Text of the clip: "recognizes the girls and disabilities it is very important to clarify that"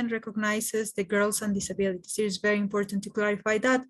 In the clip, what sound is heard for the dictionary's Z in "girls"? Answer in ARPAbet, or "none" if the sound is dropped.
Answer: S